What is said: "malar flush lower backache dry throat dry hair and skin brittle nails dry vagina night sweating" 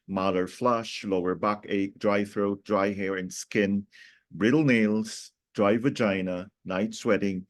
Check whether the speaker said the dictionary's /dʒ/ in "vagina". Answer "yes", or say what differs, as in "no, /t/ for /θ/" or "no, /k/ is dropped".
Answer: yes